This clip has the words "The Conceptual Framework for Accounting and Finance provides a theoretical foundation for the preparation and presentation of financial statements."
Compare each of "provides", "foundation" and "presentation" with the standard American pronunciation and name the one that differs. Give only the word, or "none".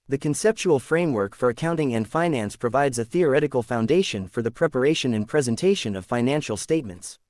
none